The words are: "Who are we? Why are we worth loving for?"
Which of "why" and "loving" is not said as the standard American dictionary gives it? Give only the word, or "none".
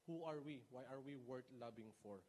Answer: loving